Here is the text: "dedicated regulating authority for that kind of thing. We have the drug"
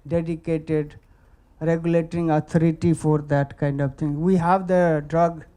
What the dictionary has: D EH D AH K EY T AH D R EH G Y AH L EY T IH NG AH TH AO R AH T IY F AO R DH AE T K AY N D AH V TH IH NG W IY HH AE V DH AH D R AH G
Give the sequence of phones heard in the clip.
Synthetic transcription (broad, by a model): D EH D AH K EY T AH D R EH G Y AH L EY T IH NG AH T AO R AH T IY F AO R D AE T K AY N D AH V T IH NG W IY HH AE V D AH D R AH G